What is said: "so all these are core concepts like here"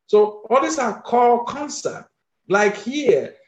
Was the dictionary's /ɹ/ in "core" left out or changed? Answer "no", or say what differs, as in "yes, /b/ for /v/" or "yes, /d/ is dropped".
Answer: yes, /l/ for /ɹ/